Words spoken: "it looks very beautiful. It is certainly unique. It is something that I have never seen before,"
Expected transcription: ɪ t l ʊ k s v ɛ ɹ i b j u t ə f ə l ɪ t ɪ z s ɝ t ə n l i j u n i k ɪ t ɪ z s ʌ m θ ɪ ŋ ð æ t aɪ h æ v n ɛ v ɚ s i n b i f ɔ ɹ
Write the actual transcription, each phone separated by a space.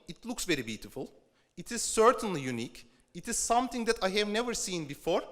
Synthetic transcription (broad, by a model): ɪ t l ʊ k s v ɛ ɹ i b j u t ə f ə l ɪ t ɪ z s ɝ t ə n l i j u n i k ɪ t ɪ z s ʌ m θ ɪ ŋ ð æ t aɪ h æ v n ɛ v ɚ s i n b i f ɔ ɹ